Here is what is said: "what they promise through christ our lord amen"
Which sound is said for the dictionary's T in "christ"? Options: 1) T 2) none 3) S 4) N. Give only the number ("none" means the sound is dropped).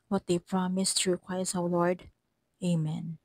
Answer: 2